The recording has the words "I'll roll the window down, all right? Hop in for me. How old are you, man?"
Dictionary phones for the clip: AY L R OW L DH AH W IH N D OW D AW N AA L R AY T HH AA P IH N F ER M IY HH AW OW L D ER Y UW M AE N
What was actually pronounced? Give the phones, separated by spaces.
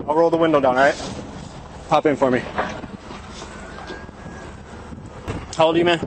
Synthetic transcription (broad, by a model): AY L R OW L DH AH W IH N D OW D AW N R AY T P AA P IH N F ER M IY HH AW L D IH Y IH M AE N